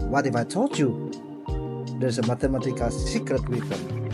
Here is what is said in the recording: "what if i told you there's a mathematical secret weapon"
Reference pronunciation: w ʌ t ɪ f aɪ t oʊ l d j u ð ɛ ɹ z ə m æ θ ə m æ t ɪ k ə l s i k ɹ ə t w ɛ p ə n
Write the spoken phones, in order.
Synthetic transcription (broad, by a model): w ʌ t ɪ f aɪ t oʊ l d j u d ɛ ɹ s ə m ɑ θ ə m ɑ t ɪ k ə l s i k ɹ ə t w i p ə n